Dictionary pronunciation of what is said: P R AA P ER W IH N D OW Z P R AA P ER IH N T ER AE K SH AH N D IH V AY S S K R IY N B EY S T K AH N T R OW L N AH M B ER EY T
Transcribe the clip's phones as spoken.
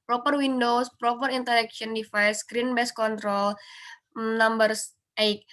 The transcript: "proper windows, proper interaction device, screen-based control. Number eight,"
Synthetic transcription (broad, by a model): P R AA P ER W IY N D OW S P R AA P ER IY N T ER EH K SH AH N D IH F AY S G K R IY N B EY S K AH N T R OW L N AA M B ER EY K